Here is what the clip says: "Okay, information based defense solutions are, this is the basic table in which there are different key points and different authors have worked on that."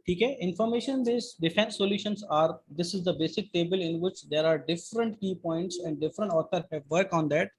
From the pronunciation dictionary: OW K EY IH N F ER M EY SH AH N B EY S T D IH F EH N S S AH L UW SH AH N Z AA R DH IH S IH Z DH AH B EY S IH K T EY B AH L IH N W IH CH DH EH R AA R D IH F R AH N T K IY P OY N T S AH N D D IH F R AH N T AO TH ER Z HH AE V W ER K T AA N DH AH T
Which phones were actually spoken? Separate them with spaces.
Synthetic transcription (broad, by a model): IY K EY IH N F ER M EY SH AH N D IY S D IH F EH N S S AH L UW SH AH N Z AA R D IH S IH Z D AH B EY S IH K T EY B AH L IH N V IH CH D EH R AA R D IH F R AH N T K IY P OY N T S AH N D D IH F R AH N T AO T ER HH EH V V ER K AA N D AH T